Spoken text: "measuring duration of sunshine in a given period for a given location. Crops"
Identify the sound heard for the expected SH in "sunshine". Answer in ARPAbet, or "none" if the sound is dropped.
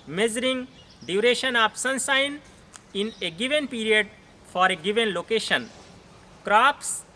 S